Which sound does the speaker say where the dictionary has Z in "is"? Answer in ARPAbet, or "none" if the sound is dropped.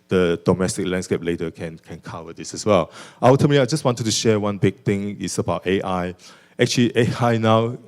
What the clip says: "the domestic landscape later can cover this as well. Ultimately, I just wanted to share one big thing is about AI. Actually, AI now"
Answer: S